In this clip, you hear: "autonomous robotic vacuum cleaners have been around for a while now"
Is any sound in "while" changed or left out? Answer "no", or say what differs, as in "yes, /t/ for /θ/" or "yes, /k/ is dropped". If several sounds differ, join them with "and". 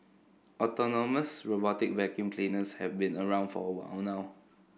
yes, /w/ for /l/